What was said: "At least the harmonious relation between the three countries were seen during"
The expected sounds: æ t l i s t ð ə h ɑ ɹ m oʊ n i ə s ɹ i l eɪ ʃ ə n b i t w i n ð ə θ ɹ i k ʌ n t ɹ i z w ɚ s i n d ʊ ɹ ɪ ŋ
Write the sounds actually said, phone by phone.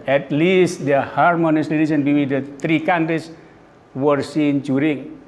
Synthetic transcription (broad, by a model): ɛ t l i s t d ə h ɑ ɹ m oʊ n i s l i n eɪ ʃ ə n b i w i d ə t ɹ i k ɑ n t ɹ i s w ɚ s i n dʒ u ɹ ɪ ŋ